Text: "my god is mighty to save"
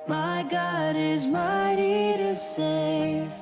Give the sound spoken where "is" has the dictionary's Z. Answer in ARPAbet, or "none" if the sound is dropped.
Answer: Z